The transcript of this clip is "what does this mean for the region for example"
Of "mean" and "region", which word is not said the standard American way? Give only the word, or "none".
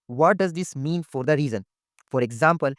region